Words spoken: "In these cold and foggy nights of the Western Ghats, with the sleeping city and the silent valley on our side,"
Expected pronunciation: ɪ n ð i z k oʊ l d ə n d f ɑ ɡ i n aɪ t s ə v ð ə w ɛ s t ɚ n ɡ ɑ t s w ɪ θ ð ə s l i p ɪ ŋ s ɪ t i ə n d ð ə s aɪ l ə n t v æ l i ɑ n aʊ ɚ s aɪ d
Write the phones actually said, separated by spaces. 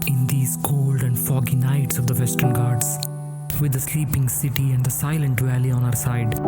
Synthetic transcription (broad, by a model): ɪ n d i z k oʊ l d ə n d f ɑ ɡ i n aɪ t s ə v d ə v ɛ s t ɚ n ɡ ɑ t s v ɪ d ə s l i p ɪ ŋ s ɪ t i ə n d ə s aɪ l ə n t v æ l i ɑ n aʊ ɚ s aɪ d